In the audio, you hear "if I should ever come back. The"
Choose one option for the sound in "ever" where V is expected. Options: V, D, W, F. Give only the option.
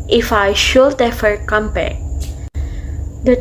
F